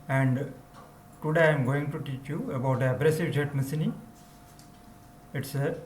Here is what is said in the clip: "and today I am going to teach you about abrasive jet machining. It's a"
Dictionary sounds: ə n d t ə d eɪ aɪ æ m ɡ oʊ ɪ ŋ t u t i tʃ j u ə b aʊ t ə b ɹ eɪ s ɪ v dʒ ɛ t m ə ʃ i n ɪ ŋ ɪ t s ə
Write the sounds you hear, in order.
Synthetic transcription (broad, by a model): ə n d t ə d eɪ aɪ m ɡ oʊ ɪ ŋ t u t i tʃ j u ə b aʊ t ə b ɹ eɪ s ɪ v dʒ ɛ t m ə s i n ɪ ɪ t s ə